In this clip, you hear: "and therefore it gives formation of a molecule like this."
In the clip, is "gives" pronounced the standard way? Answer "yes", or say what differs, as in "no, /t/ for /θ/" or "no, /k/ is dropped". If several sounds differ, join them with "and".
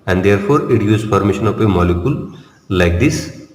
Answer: no, /v/ is dropped